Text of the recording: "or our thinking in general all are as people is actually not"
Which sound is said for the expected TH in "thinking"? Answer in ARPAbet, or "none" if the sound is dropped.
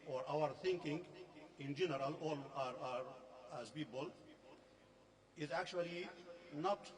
T